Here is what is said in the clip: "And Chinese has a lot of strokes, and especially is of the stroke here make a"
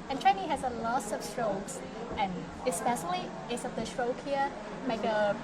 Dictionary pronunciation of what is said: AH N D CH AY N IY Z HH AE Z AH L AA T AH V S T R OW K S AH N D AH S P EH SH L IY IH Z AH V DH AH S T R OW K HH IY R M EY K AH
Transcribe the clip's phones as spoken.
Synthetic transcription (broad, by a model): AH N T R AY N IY HH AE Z AH L AA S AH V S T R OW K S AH N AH S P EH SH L IY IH S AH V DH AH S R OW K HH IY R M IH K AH